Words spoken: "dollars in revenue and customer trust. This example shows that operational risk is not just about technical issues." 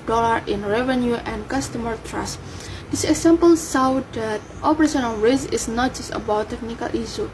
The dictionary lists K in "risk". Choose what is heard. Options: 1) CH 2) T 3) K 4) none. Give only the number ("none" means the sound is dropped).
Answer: 4